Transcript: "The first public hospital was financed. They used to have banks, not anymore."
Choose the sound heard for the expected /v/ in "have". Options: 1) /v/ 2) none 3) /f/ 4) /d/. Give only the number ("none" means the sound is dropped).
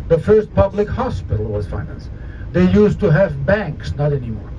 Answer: 1